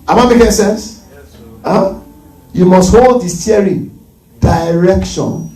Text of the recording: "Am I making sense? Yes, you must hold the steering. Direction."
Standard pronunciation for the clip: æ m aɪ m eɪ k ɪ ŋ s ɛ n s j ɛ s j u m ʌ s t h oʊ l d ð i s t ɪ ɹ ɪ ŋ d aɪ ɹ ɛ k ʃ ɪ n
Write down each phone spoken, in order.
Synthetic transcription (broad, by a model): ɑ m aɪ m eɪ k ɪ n s ɛ n s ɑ j u m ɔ s t h oʊ l d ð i s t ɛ ɹ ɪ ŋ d aɪ ɹ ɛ k ʃ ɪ n